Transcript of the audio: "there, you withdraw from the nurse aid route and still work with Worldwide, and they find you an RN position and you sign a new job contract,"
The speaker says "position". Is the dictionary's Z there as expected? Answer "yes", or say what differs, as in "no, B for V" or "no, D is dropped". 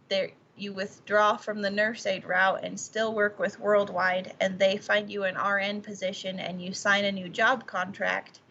yes